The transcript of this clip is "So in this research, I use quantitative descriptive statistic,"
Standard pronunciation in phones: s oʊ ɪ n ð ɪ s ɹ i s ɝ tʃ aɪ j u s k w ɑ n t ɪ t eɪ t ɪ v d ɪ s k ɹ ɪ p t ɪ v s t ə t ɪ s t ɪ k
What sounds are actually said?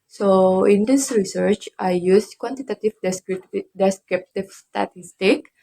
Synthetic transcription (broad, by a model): s oʊ ɪ n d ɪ s ɹ i s ɝ tʃ aɪ j u s k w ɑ n t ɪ t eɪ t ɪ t d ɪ s k ɹ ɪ p t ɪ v s t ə t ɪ s t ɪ k